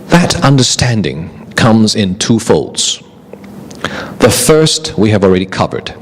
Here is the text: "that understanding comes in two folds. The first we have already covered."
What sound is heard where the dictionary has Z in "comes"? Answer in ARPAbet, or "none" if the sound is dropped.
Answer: Z